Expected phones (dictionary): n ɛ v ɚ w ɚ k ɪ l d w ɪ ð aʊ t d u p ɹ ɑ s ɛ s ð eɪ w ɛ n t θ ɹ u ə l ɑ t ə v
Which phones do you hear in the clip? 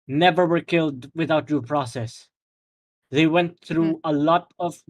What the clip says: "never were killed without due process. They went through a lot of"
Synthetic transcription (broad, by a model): n ɛ v ɚ w ɚ k ɪ l d w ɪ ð aʊ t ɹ p ɹ ɑ s ɛ s ð eɪ w ɛ n t θ ɹ u ə l ɑ t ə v